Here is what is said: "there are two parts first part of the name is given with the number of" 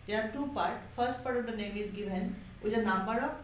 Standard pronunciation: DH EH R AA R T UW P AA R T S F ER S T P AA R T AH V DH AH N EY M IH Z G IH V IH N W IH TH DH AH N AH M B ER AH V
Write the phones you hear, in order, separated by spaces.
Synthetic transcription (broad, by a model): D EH AA R T UW P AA R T F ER S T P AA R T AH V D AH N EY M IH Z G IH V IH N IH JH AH N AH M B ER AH